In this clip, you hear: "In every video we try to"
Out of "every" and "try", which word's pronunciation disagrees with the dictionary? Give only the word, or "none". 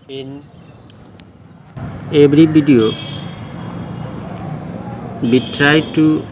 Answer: every